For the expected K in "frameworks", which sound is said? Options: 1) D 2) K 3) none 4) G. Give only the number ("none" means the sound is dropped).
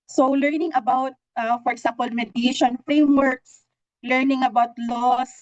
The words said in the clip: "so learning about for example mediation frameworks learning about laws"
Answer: 2